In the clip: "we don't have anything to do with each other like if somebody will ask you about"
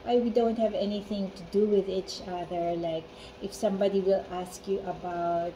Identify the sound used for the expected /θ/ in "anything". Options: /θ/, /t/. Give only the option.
/θ/